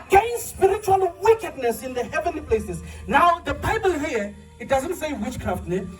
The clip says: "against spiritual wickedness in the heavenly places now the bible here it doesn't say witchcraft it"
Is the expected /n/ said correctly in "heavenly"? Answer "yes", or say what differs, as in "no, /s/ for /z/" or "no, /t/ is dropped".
yes